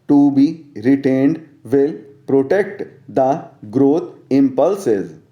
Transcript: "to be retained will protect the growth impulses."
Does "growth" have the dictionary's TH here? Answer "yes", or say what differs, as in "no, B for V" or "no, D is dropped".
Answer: no, T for TH